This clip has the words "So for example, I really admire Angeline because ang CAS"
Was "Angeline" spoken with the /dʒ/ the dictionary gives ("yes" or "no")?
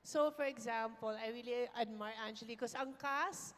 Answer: no